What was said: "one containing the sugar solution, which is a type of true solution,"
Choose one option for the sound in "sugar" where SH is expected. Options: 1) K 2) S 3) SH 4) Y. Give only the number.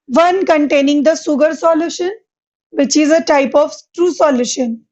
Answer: 2